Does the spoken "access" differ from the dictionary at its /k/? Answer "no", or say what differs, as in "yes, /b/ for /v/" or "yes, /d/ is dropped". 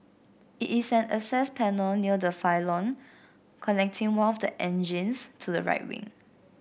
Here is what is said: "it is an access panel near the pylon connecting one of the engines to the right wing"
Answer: yes, /k/ is dropped